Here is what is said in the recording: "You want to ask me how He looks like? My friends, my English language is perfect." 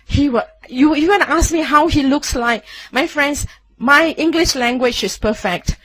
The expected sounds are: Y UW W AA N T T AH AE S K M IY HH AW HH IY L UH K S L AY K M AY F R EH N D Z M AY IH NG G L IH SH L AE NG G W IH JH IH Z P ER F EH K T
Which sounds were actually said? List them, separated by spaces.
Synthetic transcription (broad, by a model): Y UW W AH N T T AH S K M IY HH AW HH IY L UH K S L AY K M AY F R EH N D S M AY IH NG G L IH SH L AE NG G W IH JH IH S P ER F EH K T